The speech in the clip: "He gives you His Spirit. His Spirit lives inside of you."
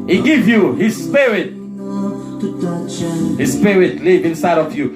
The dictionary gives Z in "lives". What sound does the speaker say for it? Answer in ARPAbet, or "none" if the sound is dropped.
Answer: none